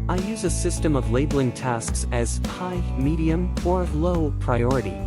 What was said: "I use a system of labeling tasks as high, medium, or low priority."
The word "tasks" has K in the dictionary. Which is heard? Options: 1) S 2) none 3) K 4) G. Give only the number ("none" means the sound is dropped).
3